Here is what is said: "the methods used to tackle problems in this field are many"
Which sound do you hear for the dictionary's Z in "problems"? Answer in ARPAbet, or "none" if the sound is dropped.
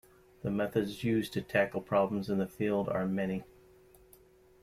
Z